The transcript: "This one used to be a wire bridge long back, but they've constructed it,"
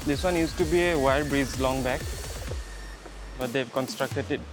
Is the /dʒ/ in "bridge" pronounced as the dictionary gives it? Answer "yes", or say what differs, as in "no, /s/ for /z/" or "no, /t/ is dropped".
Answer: no, /z/ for /dʒ/